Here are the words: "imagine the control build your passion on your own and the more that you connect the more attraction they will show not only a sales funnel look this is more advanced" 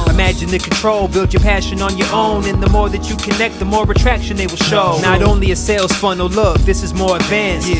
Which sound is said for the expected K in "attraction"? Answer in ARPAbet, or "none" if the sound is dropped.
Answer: K